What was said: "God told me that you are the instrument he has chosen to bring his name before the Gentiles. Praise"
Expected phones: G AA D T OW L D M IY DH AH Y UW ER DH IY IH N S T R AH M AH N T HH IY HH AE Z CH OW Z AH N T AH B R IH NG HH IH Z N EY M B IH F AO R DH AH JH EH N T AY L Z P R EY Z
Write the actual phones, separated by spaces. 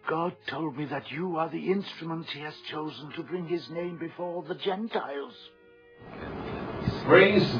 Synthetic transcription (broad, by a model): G AA D T OW L D M IY DH AH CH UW ER DH IY IH N S T R AH M AH N T HH IY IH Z CH OW Z AH N T AH B R IH NG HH IH Z N EY M B IH F AO R DH AH JH EH N T AY L Z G R EY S